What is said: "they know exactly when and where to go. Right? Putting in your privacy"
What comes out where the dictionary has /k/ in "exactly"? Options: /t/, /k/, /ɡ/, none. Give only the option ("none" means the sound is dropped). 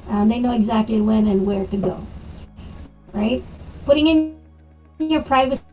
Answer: /k/